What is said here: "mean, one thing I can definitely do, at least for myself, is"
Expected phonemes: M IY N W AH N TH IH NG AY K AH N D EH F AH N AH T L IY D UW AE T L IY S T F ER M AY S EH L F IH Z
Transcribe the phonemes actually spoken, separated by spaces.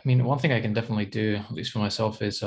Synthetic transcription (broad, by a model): M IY N W AH N TH IH NG AY K AH N D EH F AH N AH T L IY D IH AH T L IY S T F ER M AY S EH L F IH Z